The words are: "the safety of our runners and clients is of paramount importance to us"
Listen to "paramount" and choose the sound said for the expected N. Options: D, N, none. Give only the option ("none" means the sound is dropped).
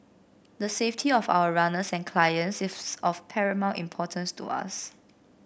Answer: none